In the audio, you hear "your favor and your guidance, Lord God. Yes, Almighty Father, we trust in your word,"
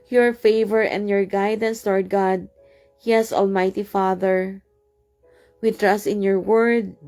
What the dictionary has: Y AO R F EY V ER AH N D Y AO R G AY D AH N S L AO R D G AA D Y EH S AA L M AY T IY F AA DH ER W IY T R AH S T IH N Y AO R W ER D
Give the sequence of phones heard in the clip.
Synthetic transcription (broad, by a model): Y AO R F EY V ER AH N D Y AO R G AY D AH N S L AO R D G AA D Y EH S AA L M AY T IY F AA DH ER W IY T R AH S T IH N Y AO R W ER D